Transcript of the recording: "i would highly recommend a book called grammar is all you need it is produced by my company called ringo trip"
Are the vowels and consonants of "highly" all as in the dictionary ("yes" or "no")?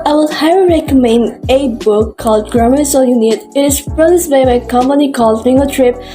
no